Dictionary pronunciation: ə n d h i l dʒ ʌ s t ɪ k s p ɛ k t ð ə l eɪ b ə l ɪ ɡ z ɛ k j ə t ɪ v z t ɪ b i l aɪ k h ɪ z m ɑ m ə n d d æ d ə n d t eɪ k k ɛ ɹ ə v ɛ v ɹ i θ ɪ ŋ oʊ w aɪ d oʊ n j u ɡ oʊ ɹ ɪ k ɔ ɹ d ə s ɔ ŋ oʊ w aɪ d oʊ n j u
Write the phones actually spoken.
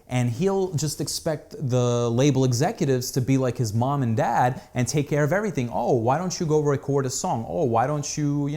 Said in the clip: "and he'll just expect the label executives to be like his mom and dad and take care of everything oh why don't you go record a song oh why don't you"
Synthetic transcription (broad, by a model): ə n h i l dʒ ʌ s t ɪ k s p ɛ k t ð ə l eɪ b l ɪ ɡ z ɛ k j ə t ɪ v z t ɪ b i l aɪ k h ɪ z m ɑ m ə n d d æ d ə n t eɪ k k ɛ ɹ ə v ɛ v ɹ i θ ɪ ŋ oʊ w aɪ d oʊ n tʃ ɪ ɡ oʊ ɹ ɪ k ɔ ɹ d ə s ɔ ŋ oʊ w aɪ d oʊ n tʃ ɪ